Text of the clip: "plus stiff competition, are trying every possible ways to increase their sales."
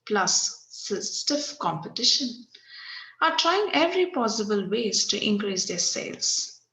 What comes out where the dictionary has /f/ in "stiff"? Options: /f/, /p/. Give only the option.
/f/